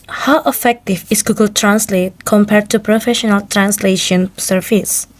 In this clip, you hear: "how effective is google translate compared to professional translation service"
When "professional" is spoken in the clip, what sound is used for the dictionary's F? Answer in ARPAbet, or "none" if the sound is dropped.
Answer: F